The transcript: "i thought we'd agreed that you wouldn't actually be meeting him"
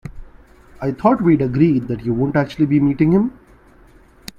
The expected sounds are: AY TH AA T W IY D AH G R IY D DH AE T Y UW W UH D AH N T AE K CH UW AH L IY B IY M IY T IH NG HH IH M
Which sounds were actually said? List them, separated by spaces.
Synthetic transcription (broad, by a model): AY T AA T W IY D AH G R IY D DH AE T Y UW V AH N T AE K CH UW AH L IY B IY M IY T IH NG HH IH M